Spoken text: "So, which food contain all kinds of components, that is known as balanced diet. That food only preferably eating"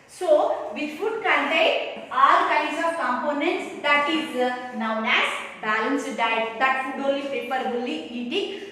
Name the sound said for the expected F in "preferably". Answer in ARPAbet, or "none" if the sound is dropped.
P